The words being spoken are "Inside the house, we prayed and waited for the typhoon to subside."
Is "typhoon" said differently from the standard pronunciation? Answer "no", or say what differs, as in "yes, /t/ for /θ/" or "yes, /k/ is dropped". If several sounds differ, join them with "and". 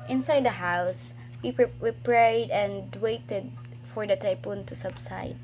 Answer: yes, /p/ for /f/